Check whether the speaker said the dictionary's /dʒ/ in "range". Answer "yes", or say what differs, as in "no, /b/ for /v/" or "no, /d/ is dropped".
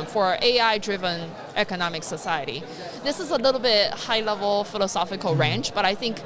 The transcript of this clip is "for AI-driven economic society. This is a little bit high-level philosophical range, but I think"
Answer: no, /tʃ/ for /dʒ/